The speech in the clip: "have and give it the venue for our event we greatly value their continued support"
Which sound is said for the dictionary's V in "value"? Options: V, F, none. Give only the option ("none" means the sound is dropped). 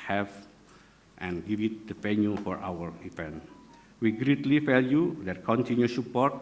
F